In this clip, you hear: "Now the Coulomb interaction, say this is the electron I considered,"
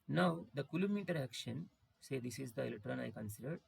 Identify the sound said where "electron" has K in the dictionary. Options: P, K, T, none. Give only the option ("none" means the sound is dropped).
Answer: none